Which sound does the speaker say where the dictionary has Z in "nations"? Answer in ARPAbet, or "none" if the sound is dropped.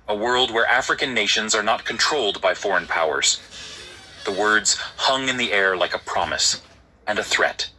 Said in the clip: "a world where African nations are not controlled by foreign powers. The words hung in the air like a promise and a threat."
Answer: Z